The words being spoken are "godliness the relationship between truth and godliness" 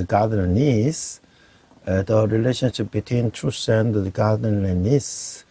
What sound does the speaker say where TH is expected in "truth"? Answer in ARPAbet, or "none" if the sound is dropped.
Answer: S